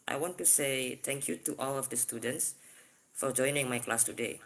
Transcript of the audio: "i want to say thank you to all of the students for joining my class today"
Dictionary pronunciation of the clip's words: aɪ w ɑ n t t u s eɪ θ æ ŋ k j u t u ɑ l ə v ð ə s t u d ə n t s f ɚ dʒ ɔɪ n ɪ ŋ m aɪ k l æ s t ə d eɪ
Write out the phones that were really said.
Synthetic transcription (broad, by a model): aɪ w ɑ n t t u s eɪ t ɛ ŋ k j u t u ɑ l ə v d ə s t u d ə n t s f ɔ dʒ ɔɪ n ɪ ŋ m aɪ k l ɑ s t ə d eɪ